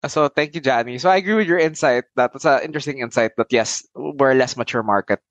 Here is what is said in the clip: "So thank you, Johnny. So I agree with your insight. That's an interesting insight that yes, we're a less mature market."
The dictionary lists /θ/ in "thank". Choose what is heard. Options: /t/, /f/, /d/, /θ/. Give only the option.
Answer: /t/